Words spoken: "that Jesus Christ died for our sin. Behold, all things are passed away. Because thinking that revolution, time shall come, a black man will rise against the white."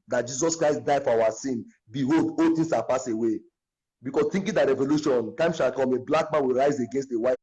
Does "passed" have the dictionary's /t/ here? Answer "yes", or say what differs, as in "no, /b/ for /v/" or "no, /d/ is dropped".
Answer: no, /t/ is dropped